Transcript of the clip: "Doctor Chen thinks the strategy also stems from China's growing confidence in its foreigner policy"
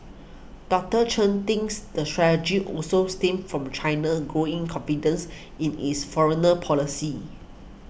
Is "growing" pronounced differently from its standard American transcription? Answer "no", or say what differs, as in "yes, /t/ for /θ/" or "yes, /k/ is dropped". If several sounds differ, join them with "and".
no